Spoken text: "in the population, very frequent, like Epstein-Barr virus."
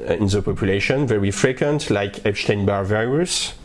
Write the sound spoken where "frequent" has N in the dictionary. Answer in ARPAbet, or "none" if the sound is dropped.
N